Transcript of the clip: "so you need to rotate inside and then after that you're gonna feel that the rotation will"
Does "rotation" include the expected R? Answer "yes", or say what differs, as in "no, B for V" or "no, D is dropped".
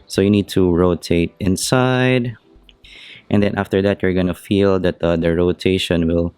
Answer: yes